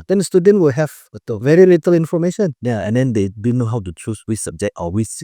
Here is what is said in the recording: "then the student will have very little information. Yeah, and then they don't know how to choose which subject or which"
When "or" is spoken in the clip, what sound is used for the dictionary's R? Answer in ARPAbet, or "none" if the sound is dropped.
L